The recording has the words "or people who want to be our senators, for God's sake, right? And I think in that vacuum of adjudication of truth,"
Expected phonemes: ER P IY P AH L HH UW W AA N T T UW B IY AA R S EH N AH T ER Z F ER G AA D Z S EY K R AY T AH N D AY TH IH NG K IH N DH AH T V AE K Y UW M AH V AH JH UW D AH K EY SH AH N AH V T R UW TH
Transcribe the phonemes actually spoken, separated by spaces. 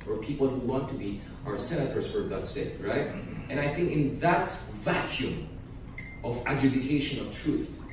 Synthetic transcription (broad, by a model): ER P IY P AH L HH UW W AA N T T UW B IY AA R S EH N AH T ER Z F ER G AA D S EY K R AY T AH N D AY TH IH NG K IH N DH AH T V AE K Y UW M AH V AH JH UW D AH K EY SH AH N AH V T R UW TH